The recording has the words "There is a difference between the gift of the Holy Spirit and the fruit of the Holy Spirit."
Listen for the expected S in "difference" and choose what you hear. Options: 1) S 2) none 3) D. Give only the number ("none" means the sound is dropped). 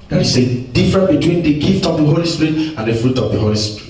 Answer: 2